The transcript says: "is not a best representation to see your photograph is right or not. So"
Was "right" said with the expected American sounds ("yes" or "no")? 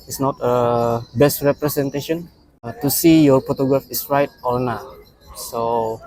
yes